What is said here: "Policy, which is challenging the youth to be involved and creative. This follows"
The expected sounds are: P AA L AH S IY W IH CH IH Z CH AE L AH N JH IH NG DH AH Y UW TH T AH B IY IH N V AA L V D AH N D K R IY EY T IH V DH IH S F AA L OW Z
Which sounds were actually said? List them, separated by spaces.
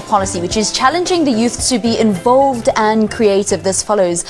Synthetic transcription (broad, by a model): P AA L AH S IY W IH CH IH Z CH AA L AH N JH IH NG DH AH Y UW TH T AH B IY IH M V AA L V D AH N K R IY EY T IH V DH IH S F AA L OW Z